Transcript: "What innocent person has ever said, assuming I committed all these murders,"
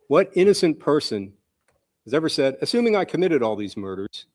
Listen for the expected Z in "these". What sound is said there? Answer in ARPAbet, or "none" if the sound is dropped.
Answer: Z